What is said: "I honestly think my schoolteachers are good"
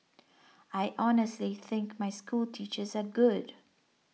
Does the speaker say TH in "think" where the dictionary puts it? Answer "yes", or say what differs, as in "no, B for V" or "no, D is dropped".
yes